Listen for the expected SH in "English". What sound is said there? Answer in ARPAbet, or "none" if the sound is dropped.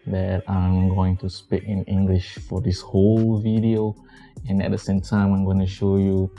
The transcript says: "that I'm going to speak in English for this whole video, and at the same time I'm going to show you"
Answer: SH